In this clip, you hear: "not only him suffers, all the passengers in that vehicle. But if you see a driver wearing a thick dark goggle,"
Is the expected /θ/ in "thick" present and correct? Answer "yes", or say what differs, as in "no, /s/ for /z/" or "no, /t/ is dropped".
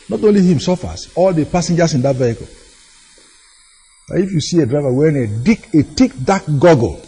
no, /t/ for /θ/